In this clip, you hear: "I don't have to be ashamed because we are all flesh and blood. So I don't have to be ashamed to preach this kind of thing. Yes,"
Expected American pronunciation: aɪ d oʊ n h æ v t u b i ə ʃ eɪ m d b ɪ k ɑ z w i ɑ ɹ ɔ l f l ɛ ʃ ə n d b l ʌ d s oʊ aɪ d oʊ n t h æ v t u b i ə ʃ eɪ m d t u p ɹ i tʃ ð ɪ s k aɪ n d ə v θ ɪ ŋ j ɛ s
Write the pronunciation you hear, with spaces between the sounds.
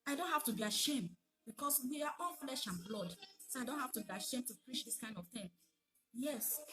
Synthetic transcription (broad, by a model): aɪ d oʊ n h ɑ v t u b i ə ʃ eɪ m d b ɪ k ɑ s w i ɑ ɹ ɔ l f l ɛ ʃ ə n b l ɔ d s oʊ aɪ d oʊ n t h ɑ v t u b i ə ʃ eɪ m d t u p ɹ i tʃ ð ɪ s k aɪ n d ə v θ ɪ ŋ j ɛ s